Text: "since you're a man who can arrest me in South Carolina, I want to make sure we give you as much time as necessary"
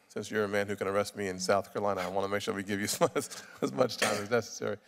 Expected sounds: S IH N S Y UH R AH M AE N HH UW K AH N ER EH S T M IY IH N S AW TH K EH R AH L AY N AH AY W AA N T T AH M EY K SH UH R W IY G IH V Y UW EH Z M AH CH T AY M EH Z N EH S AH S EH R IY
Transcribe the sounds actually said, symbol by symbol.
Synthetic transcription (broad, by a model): S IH N S Y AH R AH M AE N HH UW K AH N ER EH S T M IY IH N S AW TH K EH R L AY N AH AY W AA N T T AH M EY K SH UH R W IY G IH V Y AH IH Z M AH CH T AY M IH Z N EH S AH S EH R IY